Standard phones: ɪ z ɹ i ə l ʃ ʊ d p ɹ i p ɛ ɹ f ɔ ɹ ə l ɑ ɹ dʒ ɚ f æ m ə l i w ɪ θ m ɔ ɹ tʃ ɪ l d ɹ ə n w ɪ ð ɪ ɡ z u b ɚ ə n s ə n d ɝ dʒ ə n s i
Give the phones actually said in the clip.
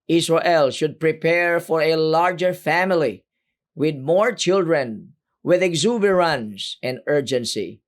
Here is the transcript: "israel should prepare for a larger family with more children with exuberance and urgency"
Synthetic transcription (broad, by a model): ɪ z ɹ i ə l ʃ ʊ d p ɹ i p ɛ ɹ f ɔ ɹ ə l ɑ ɹ dʒ ɚ f æ m ə l i w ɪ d m ɔ ɹ tʃ ɪ l d ɹ ə n w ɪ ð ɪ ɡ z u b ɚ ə n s ə n d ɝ dʒ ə n s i